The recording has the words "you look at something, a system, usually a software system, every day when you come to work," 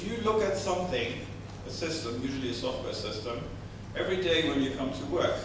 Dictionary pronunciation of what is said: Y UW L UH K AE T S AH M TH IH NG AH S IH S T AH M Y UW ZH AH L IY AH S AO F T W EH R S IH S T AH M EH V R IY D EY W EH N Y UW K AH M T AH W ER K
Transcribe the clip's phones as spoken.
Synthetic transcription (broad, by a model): Y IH L UH K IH T S AH M TH IH NG AH S IH S T AH M Y UW ZH AH L IY AH S AO F T W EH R S IH S T AH M EH V R IY D EY W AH N Y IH K AH M T AH W ER K